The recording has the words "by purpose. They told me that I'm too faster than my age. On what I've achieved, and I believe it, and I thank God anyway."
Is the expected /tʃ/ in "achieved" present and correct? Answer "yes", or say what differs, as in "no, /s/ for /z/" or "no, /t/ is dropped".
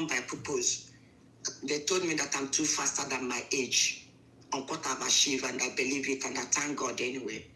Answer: no, /ʃ/ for /tʃ/